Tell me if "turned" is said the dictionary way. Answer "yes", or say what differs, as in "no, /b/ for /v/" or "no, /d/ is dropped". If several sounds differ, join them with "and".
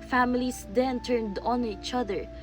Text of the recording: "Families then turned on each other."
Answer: yes